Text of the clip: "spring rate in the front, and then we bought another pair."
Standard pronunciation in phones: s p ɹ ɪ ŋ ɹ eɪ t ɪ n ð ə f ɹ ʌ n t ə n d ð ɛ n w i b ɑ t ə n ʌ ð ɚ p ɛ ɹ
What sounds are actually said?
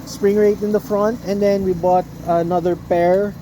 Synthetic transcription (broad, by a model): s p ɹ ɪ ŋ ɹ eɪ t ɪ n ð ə f ɹ ʌ n t ə n d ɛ n w i b ɑ t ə n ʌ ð ɚ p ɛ ɹ